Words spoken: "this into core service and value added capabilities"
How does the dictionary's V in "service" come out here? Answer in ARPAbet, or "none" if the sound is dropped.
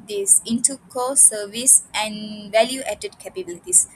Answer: V